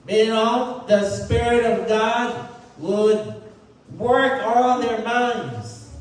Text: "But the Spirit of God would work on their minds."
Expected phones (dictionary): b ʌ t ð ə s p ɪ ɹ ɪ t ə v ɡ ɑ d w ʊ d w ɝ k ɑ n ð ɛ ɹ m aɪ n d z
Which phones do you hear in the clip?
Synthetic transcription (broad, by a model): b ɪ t ð ə s p ɪ ɹ ɪ t ə v ɡ ɑ d w ʊ d w ɝ k ɑ l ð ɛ ɹ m aɪ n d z